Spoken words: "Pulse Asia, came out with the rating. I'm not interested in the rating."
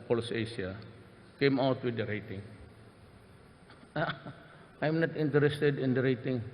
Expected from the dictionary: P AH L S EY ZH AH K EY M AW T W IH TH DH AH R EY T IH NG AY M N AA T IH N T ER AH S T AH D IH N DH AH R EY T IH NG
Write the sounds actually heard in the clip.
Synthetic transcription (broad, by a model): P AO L S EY S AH K EY M AW T W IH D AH R EY T IH NG AY M N AA T IH N T ER AH S T AH D IH N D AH R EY T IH NG